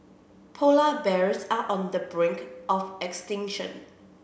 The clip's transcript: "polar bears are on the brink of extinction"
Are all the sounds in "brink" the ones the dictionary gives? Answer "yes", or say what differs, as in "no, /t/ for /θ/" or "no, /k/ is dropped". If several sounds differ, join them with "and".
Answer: yes